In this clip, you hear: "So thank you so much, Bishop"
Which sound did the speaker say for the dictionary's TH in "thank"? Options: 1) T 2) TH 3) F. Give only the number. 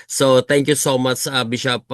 1